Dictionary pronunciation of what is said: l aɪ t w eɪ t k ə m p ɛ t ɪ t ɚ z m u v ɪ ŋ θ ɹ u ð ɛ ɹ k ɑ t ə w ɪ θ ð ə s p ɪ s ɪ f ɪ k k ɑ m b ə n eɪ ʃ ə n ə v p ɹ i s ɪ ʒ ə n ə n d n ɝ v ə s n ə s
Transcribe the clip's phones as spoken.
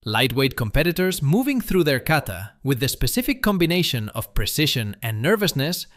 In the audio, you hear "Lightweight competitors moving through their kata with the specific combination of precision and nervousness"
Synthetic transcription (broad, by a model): l aɪ t w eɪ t k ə m p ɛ t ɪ t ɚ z m u v ɪ ŋ θ ɹ u ð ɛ ɹ k ɑ t ə w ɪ ð ə s p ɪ s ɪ f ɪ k k ɑ m b ə n eɪ ʃ ə n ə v p ɹ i s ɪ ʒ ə n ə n n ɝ v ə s n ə s